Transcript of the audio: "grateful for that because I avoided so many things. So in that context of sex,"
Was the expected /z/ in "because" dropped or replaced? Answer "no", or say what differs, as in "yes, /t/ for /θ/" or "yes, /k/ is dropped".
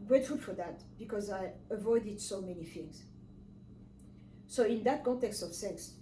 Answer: no